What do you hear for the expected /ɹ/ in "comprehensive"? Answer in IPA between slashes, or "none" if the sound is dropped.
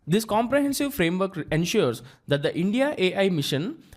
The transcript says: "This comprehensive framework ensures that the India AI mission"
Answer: /ɹ/